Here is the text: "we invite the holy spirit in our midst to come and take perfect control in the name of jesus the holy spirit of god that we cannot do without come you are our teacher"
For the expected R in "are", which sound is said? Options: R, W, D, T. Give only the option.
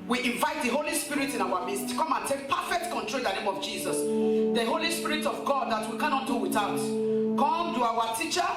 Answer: W